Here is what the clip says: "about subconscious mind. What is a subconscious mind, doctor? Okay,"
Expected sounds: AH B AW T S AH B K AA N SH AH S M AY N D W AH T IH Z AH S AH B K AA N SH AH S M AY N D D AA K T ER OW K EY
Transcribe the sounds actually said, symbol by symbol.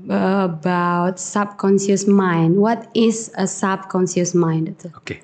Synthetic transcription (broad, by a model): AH B AW T S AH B K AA N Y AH S M AY N D W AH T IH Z AH S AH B K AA N S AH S M AY N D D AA T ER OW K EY